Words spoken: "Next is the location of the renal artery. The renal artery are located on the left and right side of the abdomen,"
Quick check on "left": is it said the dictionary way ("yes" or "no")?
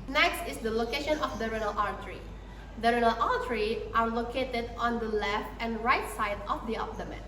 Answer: no